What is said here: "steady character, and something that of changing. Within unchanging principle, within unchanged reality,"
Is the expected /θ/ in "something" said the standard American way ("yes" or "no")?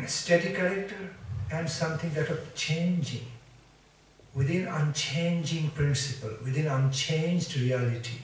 no